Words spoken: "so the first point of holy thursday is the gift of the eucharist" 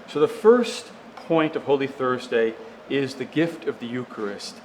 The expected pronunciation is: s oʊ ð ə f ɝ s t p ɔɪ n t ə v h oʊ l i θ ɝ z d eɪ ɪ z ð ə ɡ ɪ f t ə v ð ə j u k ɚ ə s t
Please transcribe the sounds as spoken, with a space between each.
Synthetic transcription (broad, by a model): s oʊ ð ə f ɝ s t p ɔɪ n t ə v h oʊ l i θ ɝ z d eɪ ɪ z ð ə ɡ ɪ f t ə v ð ə j u k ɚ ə s t